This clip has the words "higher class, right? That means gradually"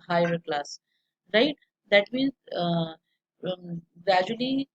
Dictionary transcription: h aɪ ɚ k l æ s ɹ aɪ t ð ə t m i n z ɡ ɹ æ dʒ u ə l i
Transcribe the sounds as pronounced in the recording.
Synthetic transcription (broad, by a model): h aɪ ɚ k l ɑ s ɹ aɪ t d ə t m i n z ɡ ɹ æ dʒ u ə l i